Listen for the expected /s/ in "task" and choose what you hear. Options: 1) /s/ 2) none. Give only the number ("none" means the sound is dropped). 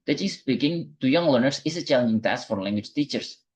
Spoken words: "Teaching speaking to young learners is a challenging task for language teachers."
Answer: 1